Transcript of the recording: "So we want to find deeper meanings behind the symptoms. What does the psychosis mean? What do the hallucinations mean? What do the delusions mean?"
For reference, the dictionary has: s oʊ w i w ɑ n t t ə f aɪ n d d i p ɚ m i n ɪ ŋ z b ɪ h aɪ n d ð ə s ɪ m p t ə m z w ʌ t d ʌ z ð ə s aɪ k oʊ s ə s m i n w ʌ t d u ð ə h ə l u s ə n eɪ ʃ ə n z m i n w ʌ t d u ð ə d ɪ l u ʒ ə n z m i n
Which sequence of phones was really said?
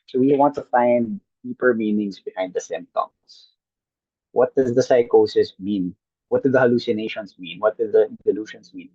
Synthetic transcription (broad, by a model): s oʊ w i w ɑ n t t ə f aɪ n d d i p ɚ m i n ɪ ŋ s b ɪ h aɪ n d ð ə s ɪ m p t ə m s w ʌ t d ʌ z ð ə s aɪ k oʊ s ə s m i n w ʌ t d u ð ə h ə l u s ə n eɪ ʃ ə n s m i n w ʌ t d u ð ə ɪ l u ʃ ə n s m i n